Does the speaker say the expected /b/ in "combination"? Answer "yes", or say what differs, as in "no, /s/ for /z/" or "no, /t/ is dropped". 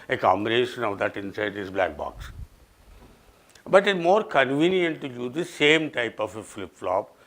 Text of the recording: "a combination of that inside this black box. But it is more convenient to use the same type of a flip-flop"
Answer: no, /b/ is dropped